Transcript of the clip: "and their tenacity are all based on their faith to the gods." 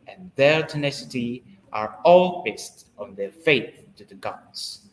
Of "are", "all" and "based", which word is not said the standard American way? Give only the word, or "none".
none